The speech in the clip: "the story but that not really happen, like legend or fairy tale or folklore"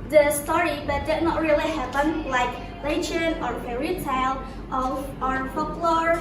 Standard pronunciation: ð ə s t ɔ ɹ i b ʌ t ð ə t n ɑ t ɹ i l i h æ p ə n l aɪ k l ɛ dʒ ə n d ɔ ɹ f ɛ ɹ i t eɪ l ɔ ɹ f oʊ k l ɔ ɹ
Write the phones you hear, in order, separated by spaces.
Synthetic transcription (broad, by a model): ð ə s t ɔ ɹ i b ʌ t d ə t n ɑ t ɹ i l i h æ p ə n l aɪ k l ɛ tʃ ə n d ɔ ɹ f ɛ ɹ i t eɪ l ɔ ɹ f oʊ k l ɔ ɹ